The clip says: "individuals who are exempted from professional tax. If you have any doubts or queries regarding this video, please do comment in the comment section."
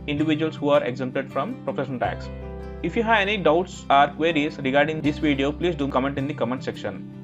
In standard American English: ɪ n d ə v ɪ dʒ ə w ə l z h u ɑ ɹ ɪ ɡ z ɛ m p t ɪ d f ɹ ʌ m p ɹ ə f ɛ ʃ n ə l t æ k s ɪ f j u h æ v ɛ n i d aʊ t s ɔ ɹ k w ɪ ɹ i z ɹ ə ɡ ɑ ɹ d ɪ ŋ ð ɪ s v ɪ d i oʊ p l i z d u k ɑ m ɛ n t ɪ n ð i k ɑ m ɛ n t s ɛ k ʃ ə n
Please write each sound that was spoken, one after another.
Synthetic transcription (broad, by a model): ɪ n d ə v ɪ dʒ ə ə l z h u ɑ ɹ ɪ ɡ z ɛ m p t ɪ d f ɹ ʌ m p ɹ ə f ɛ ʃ ə n t æ k s ɪ f j u h æ v ɛ n i d aʊ t s ɔ ɹ k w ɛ ɹ i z ɹ ə ɡ ɑ ɹ d ɪ ŋ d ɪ s v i d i oʊ p l i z d u k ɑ m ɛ n t ɪ n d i k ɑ m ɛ n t s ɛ k ʃ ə n